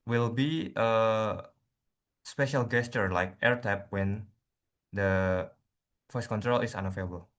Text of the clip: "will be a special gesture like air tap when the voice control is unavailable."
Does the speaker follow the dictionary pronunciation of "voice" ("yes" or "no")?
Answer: no